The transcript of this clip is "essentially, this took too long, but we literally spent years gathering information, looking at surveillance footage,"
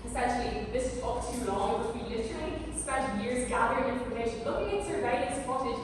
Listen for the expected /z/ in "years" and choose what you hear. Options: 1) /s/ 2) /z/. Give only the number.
2